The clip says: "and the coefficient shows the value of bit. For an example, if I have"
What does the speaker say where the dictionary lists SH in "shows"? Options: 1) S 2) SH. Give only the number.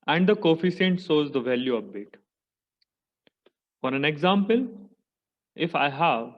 1